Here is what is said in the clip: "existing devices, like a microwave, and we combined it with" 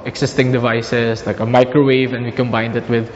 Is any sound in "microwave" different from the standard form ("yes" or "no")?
no